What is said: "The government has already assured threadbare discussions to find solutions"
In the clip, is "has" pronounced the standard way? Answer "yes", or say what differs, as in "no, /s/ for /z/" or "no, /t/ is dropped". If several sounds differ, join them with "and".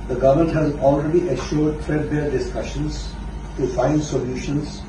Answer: yes